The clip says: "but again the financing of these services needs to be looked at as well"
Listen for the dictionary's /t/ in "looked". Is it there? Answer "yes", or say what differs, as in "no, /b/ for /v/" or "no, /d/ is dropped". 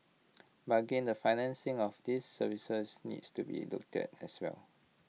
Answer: yes